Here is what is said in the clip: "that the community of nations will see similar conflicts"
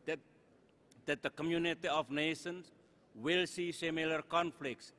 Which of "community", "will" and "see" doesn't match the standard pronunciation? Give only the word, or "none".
none